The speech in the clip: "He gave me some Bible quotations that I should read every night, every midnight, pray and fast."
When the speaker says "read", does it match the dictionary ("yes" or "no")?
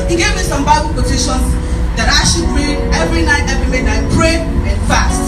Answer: no